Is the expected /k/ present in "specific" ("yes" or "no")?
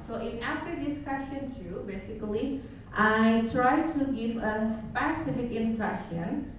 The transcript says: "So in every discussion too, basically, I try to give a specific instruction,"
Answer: yes